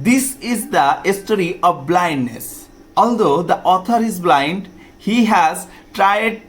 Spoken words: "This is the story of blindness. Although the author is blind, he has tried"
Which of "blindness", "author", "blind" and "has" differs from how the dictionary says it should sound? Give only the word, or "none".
author